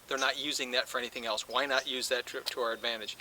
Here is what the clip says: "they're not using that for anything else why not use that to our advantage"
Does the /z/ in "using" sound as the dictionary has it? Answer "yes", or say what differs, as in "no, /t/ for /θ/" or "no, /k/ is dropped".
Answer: yes